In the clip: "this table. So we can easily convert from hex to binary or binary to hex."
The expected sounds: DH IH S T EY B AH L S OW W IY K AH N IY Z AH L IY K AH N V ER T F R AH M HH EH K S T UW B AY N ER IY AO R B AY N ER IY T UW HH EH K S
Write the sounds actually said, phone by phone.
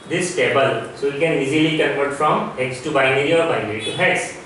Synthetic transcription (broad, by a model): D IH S T EY B AH L S OW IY K AH N IY Z AH L IY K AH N P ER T F R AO M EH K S T UW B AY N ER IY AO R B AY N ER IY T UW HH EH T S